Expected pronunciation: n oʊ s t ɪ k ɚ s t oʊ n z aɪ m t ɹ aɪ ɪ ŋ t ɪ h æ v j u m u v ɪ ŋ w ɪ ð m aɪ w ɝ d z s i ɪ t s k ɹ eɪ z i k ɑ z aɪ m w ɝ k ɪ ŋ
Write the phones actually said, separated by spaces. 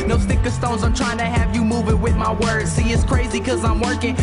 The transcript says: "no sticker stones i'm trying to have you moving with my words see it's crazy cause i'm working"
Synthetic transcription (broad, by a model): n oʊ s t ɪ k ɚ s t oʊ n z aɪ m t ɹ aɪ ɪ ŋ t ɪ h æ v j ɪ m u v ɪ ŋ w ɪ ð m aɪ w ɝ d z s i ɪ t s k ɹ eɪ z i k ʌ z aɪ m w ɝ k ɪ ŋ